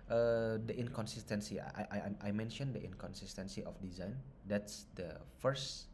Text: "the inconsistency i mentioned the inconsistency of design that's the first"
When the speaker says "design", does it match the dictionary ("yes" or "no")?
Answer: yes